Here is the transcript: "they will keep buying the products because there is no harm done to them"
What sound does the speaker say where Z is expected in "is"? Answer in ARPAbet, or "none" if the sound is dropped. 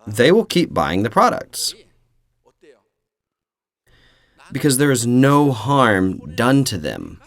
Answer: Z